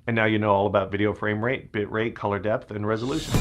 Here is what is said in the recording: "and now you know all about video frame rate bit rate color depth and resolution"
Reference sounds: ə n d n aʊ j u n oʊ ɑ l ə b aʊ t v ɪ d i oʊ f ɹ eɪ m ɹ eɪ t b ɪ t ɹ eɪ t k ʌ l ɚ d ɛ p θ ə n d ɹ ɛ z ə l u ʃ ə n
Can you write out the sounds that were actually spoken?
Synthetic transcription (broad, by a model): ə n n aʊ j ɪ n oʊ ɑ l ə b aʊ t v ɪ d i oʊ f ɹ eɪ m ɹ eɪ t b ɪ t ɹ eɪ t k ʌ l ɚ d ɛ p θ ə n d ɹ ɛ z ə l u ʃ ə n